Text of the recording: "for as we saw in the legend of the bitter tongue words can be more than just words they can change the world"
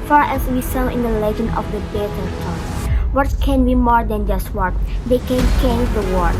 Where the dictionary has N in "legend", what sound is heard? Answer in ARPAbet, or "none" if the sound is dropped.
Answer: N